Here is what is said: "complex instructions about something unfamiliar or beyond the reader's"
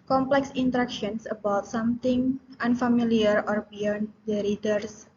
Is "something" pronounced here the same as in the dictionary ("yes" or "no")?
no